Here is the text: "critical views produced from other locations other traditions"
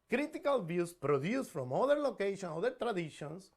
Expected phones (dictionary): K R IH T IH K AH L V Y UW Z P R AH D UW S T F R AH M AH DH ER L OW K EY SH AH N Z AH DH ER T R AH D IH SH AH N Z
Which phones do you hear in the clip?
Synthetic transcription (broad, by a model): K R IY T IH K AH L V Y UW S P R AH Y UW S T F R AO M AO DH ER L OW K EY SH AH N AO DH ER T R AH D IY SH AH N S